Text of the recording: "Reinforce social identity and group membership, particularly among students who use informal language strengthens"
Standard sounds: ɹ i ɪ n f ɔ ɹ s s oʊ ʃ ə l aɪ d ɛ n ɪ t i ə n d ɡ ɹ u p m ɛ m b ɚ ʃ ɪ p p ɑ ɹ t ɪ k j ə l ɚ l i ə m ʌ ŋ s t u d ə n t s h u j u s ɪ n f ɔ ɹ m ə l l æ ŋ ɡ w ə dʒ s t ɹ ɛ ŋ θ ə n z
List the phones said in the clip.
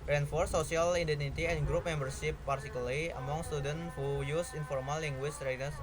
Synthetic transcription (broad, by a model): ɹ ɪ n f ɔ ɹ s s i ə l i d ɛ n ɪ t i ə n ɡ ɹ u p m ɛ m b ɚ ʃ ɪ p p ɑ ɹ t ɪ k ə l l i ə m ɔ ŋ s t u d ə n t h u j u s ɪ n f ɔ ɹ m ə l l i ŋ ɡ w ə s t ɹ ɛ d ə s